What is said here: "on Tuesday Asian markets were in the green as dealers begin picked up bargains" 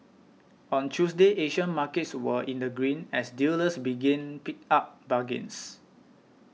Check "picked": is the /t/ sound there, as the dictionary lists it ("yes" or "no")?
no